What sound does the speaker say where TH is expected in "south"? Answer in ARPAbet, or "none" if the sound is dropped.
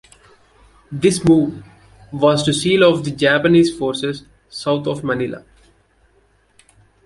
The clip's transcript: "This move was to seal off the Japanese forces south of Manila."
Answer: T